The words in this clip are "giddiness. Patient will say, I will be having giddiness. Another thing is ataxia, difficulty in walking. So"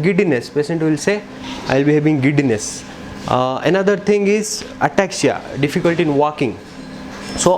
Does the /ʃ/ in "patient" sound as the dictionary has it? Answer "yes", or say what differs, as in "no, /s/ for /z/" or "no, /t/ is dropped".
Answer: no, /s/ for /ʃ/